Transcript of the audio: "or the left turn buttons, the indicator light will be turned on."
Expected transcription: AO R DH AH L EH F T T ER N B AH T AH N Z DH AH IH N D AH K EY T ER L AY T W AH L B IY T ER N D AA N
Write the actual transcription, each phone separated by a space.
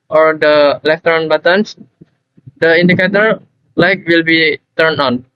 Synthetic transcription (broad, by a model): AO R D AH L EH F T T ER N B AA T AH N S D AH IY N D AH K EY T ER L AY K W AH L B IY T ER N AA N